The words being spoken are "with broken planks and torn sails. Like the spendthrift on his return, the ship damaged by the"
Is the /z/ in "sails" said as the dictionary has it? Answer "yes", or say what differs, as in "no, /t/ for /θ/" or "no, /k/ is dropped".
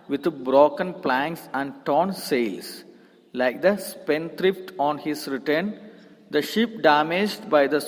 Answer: no, /s/ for /z/